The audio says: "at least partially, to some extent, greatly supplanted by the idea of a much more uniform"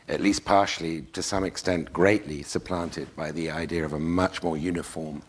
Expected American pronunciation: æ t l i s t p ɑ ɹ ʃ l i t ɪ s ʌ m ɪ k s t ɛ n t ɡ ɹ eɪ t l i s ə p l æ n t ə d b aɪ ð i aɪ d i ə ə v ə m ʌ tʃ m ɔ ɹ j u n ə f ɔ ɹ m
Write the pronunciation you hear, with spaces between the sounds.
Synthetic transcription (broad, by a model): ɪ t l i s p ɑ ɹ ʃ l i t ɪ s ʌ m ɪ k s t ɛ n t ɡ ɹ eɪ t l i s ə p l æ n t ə d b aɪ ð i aɪ d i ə ə v ə m ʌ tʃ m ɔ ɹ j u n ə f ɔ ɹ m